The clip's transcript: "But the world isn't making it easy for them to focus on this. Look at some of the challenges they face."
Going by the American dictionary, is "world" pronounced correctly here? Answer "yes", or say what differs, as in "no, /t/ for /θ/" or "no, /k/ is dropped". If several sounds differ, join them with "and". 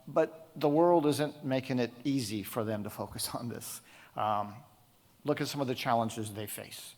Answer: yes